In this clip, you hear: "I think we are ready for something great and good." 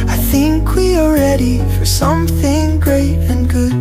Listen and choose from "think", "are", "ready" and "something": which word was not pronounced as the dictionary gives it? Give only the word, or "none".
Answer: are